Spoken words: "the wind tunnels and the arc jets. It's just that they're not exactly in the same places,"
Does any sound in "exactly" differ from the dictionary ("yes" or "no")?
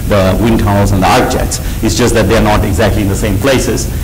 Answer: no